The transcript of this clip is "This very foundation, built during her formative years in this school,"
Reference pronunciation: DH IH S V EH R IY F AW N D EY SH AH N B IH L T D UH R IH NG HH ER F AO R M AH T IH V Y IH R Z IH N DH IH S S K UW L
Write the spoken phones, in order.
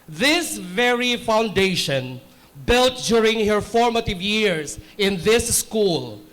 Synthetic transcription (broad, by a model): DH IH S V EH R IY F AW N D EY SH AH N B IH L T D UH R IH NG HH ER F AO R M AH T IH V Y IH R S IH N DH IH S S K UW L